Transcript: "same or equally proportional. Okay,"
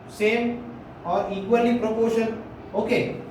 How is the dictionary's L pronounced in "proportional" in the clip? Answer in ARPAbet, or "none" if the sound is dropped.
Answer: N